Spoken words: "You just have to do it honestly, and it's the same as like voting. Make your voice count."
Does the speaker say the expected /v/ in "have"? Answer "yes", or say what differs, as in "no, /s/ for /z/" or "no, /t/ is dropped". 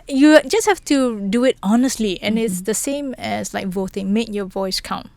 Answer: no, /f/ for /v/